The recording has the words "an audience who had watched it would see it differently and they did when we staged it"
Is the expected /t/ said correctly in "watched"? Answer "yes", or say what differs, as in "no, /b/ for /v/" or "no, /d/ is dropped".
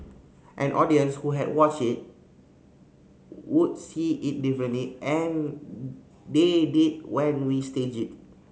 no, /t/ is dropped